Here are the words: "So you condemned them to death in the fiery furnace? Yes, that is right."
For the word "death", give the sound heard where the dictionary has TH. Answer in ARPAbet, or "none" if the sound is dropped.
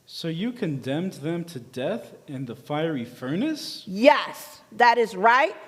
TH